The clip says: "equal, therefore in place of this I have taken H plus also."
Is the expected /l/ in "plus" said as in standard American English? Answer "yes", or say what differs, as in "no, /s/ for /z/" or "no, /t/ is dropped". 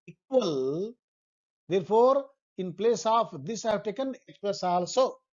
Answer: no, /l/ is dropped